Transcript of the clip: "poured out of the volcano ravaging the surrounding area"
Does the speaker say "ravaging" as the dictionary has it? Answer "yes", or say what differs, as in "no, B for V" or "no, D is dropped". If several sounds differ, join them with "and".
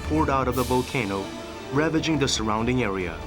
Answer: yes